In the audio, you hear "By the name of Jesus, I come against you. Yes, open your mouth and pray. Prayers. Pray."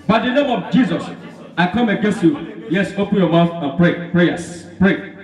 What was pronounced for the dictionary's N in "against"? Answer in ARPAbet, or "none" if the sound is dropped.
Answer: N